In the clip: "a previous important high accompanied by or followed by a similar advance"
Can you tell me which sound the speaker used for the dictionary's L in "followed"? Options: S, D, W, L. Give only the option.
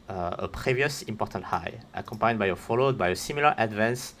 L